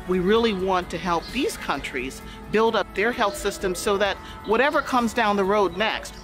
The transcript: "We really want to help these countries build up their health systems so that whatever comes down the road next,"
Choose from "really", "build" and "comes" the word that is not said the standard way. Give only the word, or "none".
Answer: none